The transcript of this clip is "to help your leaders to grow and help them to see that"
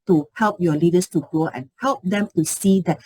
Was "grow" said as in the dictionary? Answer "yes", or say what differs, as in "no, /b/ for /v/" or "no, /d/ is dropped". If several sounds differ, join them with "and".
no, /ɹ/ is dropped